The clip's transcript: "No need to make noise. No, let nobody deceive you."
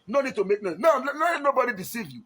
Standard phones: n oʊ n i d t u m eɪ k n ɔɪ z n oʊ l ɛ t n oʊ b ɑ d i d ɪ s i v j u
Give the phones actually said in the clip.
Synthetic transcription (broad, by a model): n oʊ n i d t u m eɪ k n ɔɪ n n oʊ n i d n oʊ b ɑ d i d ɪ s i v j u